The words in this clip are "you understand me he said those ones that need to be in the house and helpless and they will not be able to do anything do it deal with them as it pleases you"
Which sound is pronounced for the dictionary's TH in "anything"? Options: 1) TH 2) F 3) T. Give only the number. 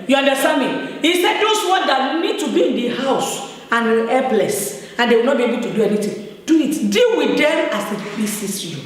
3